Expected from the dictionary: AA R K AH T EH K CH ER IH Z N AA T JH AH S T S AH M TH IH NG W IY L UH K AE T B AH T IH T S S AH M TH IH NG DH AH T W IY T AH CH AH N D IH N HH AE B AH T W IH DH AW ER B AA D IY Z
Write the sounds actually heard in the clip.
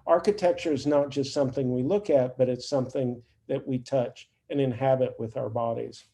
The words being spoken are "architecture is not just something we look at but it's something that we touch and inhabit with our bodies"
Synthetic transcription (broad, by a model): AA R K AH T EH K CH ER IH Z N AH T JH AH S T S AH M TH IH NG W IY L UH K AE T B AH T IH T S S AH M TH IH NG DH AH T W IY T AH CH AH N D IH N HH AE B AH T W IH DH AW ER B AA D IY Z